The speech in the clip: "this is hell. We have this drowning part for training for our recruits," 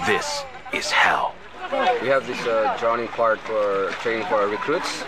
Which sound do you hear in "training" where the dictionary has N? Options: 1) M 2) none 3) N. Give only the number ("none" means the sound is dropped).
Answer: 2